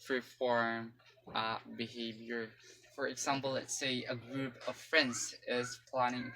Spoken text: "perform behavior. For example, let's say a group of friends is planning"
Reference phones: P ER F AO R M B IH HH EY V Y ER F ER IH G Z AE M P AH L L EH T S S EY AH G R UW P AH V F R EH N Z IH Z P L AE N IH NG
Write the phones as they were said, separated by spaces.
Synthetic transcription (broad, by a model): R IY F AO R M B IH HH EY V Y ER F ER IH G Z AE M P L L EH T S S EY AH G R UW P AH V F R EH N Z IH Z P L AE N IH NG